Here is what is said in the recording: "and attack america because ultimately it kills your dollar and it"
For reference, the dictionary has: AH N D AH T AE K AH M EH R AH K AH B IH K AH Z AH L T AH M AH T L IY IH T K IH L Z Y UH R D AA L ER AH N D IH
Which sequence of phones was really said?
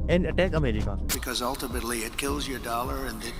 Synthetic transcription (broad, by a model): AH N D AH T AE K AH M EH R AH K AH B IH K AH Z AH L T AH M AH T L IY IH T K IH L Z Y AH R D AA L ER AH N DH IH